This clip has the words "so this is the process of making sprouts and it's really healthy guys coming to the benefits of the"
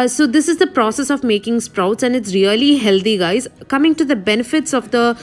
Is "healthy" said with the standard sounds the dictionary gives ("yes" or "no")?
no